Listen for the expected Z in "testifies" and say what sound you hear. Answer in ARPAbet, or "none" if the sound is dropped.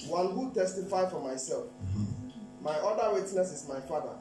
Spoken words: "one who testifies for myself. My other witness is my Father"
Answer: none